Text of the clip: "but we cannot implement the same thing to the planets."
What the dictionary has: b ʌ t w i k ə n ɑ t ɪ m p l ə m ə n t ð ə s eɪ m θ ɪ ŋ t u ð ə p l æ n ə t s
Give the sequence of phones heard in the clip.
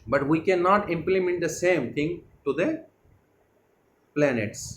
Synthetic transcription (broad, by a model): b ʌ t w i k ə n ɑ t ɪ m p l ə m ə n t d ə s eɪ m t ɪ ŋ t u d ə p l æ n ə t s